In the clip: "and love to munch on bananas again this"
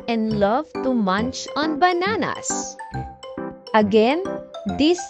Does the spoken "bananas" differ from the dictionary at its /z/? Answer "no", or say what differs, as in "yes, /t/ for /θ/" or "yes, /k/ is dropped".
yes, /s/ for /z/